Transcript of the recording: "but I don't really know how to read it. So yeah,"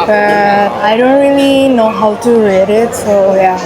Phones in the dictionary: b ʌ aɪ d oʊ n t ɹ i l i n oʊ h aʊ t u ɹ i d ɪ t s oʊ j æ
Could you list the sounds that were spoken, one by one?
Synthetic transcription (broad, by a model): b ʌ aɪ d oʊ n t ɹ i l i n oʊ h aʊ t u ɹ i d ɪ t s oʊ j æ